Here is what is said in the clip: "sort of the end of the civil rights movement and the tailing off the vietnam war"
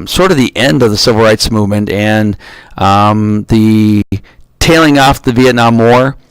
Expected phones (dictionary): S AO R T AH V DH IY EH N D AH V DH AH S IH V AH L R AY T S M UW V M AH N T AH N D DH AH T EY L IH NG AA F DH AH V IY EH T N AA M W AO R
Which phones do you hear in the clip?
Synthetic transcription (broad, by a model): S AO R T AH V DH IY EH N D AH V DH AH S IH V L R AY T S M UW V M AH N T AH N DH AH T EY L IH NG AA F DH AH V IY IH T N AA M AO R